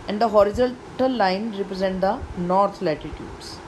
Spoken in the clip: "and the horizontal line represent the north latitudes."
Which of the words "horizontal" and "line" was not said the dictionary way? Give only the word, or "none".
horizontal